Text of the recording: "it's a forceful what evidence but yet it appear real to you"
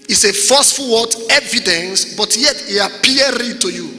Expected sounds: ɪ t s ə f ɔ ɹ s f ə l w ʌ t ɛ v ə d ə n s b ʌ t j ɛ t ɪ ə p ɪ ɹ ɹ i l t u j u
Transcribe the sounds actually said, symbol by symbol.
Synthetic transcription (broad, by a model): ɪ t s ə f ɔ s f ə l w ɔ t ɛ v ə d ə n s b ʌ t j ɛ t ɪ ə p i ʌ ɹ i t u j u